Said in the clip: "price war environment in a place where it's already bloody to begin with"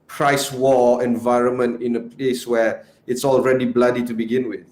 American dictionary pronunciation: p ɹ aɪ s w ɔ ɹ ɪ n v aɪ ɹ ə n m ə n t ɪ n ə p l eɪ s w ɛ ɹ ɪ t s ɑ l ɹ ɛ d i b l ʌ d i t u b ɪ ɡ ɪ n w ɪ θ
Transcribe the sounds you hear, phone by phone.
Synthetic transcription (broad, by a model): p ɹ aɪ s w ɔ ɪ n v aɪ ɹ ə n m ə n t ɪ n ə p l eɪ s w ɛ ɪ t s ɑ l ɹ ɛ d i b l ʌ d i t u b ɪ ɡ ɪ n w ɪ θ